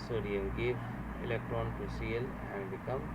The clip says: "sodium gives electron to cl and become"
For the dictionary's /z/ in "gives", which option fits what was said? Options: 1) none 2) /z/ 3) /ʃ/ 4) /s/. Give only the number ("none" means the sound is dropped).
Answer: 1